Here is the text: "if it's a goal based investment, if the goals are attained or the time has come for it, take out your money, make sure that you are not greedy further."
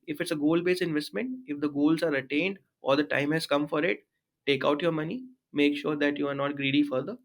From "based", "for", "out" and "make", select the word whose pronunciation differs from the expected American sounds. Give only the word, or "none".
based